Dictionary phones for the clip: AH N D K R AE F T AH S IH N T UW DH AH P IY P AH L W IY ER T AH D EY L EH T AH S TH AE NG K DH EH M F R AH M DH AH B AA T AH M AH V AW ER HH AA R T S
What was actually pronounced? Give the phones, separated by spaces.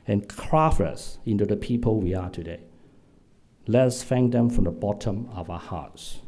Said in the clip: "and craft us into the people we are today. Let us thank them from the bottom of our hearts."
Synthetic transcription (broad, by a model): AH N K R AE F AH S IH N T UW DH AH P IY P AH L W IY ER T AH D EY L EH T AH S F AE NG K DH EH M F R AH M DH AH B AA T AH M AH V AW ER HH AA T S